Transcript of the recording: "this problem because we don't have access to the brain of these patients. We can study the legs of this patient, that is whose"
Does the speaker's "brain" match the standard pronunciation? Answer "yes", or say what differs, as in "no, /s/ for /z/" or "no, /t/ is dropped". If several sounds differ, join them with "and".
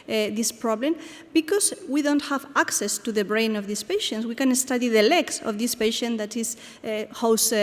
yes